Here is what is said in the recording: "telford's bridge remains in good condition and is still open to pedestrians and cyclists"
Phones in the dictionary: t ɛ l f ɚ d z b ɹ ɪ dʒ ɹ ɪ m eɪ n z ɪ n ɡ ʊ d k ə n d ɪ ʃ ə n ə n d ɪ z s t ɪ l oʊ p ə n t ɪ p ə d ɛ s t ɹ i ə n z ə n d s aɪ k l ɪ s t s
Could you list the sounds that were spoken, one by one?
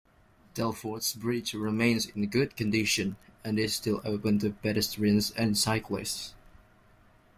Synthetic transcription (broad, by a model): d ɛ l f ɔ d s b ɹ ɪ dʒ ɹ ɪ m eɪ n z ɪ n ɡ ʊ d k ə n d ɪ ʃ ə n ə n ɪ z s t ɪ l oʊ p ə n t ɪ b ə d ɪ s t ɹ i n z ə n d s aɪ k l ɪ s t s